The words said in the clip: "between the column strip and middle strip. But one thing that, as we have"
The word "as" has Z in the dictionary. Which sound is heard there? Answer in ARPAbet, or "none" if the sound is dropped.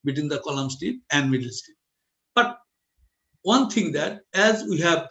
Z